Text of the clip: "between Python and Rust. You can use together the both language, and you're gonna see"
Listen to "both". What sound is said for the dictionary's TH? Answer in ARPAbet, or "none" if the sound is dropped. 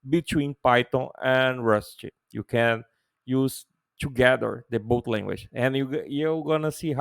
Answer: T